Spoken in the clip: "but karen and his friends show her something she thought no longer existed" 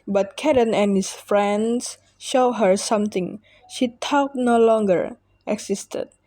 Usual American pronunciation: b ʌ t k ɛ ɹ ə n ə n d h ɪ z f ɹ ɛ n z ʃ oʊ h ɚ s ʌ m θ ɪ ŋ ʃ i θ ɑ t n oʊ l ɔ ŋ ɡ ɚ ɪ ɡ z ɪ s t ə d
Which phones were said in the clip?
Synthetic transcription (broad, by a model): b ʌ t k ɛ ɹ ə n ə n h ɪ s f ɹ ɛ n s ʃ oʊ h ɚ s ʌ m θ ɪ ŋ ʃ i t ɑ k n oʊ l ɔ ŋ ɡ ɚ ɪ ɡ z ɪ s t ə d